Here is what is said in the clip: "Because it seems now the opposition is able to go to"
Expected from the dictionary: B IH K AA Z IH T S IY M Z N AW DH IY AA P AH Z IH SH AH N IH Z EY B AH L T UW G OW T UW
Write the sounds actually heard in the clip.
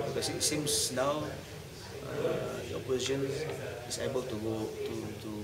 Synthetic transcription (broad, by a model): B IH K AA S IH T S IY M S N AW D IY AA P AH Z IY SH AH N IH S EY B AH L T UW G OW T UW